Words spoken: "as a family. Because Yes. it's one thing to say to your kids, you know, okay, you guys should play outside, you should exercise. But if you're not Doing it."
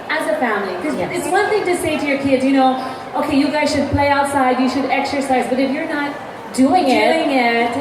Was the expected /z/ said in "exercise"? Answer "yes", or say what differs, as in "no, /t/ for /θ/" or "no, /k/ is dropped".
yes